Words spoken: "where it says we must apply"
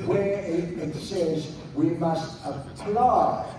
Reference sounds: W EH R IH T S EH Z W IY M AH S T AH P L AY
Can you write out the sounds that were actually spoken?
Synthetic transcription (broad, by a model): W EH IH IH T S EH Z W IY M AH S T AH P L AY